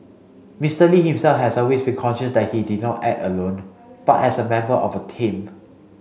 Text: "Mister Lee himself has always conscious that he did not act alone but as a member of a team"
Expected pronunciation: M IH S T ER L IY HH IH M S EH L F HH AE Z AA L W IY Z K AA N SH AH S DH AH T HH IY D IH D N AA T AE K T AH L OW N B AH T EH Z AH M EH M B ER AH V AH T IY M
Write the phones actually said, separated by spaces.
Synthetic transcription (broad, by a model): M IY S T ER L IY HH IH M S EH L F HH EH S AA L W IY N K AA N SH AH S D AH T HH IY D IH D N AA T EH T AH L OW N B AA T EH S AH M EH M B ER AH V AH T IY M